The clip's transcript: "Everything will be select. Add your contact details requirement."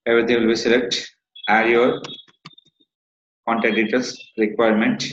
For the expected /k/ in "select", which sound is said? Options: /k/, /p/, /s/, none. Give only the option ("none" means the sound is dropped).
/k/